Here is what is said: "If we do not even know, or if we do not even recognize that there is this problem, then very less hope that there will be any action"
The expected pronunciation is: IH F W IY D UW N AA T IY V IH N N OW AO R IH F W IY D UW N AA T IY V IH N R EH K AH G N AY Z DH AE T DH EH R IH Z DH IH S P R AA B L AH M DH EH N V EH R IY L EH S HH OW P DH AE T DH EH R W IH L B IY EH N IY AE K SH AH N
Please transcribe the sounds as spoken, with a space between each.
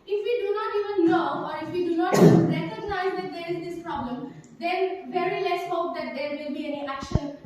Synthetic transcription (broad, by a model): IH F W IY D UW N AA T IY V IH N L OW AO R IH F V IY D UW N AA T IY R EH K AH G N AY Z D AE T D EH R IH Z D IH S P R AA B L AH M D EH N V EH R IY L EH S HH OW P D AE T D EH R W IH L B IY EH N IY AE K SH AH N